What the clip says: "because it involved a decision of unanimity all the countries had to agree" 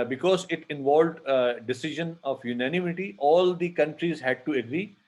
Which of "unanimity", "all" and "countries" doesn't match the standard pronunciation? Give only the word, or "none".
none